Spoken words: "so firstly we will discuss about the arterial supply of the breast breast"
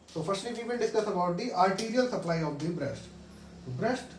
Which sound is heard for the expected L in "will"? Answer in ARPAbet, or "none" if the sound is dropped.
N